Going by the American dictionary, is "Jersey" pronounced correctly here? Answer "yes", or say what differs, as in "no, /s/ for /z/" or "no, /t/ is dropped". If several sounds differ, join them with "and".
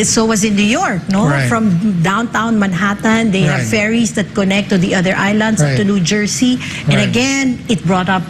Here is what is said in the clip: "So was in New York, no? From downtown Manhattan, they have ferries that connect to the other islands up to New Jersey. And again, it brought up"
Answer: no, /s/ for /z/